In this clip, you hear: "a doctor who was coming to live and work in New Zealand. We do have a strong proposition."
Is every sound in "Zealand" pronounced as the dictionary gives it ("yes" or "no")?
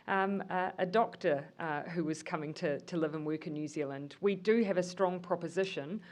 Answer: yes